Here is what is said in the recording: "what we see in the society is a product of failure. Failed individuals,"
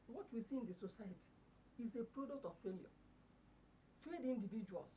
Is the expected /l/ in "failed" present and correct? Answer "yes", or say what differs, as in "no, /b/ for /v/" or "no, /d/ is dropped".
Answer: no, /l/ is dropped